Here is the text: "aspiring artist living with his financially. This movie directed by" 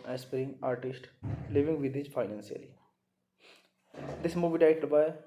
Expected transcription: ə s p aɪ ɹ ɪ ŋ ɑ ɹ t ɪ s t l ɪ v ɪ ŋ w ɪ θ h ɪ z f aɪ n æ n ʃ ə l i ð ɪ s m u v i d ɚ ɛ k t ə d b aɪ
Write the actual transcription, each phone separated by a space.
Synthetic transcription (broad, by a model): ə s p ɹ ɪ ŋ ɑ ɹ t ɪ s t l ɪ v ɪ ŋ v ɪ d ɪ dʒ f aɪ n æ n s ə l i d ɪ s m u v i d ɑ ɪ t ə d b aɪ